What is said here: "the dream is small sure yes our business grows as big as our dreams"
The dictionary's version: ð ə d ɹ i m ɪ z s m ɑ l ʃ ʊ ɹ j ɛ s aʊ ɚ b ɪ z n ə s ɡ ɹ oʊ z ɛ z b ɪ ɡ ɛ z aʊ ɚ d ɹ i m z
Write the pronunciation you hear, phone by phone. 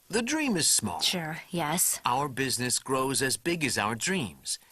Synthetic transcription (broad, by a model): ð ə d ɹ i m ɪ z s m ɑ l ʃ ʊ ɹ j ɛ s aʊ ɚ b ɪ z n ə s ɡ ɹ oʊ z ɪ z b ɪ ɡ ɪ z aʊ ɚ d ɹ i m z